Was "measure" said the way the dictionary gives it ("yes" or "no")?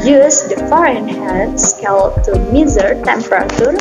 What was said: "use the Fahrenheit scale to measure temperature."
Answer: no